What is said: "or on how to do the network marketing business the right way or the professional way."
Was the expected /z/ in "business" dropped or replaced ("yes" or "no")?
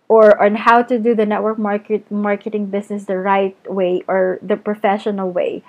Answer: yes